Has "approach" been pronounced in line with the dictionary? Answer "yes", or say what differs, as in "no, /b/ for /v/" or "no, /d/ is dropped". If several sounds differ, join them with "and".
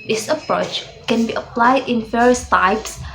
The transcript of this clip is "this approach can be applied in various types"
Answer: yes